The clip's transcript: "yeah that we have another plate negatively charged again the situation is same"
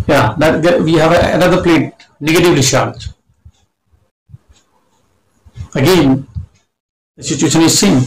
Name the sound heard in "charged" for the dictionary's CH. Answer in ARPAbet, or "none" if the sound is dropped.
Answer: SH